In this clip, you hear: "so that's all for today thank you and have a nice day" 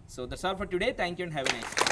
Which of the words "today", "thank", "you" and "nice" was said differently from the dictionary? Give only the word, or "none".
thank